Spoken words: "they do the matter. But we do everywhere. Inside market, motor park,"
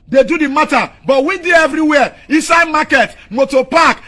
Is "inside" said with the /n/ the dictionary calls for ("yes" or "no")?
no